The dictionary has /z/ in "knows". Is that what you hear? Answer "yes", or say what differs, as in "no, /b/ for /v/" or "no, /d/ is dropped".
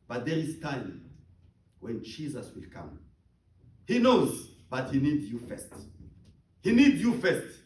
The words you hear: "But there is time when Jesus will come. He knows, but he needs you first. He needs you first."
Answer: yes